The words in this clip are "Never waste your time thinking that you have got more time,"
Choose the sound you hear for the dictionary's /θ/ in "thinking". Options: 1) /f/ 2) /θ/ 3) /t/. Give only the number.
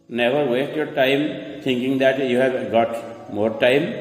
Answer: 3